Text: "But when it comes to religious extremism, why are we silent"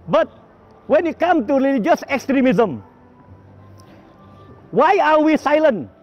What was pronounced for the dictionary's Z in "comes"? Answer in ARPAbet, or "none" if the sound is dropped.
none